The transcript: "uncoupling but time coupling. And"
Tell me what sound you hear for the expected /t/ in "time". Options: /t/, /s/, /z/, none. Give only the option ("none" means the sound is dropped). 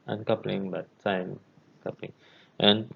/s/